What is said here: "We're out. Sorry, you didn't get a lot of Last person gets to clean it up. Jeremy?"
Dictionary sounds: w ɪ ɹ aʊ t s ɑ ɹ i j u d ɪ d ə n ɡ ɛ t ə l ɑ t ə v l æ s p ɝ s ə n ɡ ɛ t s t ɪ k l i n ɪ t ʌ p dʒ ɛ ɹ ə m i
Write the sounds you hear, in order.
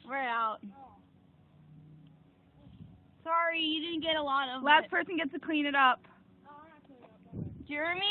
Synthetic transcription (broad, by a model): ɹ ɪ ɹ aʊ t s ɑ ɹ i j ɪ d ɪ d n ɡ ɛ t ə l ɑ t ə v l æ s p ɝ s ə n ɡ ɛ t s t ɪ k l i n ɪ t ʌ p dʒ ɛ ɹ m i